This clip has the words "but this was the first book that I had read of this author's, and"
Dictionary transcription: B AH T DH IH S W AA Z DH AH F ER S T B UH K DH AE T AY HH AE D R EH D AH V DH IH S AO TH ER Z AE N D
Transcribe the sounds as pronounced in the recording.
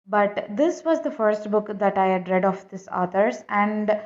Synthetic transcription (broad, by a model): B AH T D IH S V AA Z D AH F ER S T B UH K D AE T AY HH AE D R EH D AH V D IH S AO T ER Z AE N D